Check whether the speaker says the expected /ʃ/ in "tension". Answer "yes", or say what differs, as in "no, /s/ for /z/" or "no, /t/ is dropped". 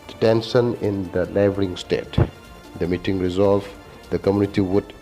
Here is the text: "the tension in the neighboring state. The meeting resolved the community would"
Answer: no, /s/ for /ʃ/